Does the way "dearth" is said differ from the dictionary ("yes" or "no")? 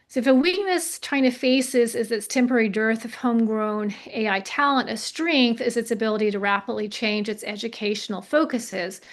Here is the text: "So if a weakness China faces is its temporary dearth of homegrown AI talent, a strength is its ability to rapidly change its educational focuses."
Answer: no